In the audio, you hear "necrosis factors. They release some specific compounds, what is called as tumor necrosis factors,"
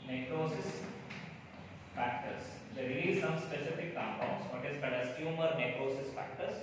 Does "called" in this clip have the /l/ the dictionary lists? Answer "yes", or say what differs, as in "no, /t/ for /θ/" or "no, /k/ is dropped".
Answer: no, /l/ is dropped